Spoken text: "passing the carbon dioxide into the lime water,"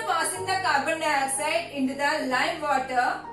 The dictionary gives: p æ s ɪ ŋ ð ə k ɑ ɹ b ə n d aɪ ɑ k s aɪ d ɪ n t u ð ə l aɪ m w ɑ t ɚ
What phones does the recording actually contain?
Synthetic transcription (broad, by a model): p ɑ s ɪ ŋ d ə k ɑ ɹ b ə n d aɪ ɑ s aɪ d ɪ n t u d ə l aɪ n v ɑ t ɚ